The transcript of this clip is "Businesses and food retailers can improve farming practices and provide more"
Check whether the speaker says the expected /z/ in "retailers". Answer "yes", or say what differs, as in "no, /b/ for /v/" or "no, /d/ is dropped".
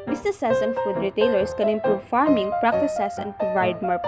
no, /s/ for /z/